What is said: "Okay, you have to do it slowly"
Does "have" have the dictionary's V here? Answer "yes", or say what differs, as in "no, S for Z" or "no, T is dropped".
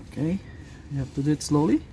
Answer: no, F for V